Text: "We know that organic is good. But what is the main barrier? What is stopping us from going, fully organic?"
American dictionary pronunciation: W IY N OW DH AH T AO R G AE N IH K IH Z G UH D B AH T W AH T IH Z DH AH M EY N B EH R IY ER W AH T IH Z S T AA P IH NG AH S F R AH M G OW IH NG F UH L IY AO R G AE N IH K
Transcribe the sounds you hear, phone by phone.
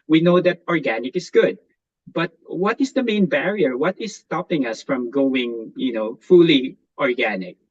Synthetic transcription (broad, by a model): W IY N OW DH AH T AO R G AE N IH K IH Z G UH D B AH T W AH T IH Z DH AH M EY N B EH R IY ER W AH T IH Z S T AA P IH NG AH S F R AH M G OW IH NG F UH L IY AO R G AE N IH K